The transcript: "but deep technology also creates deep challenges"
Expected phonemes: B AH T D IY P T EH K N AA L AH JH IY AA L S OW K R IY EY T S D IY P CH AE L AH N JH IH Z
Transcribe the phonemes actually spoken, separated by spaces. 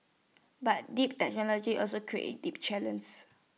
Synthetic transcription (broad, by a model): B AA T D IY P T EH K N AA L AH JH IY AA L S OW K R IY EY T D IY P CH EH L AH N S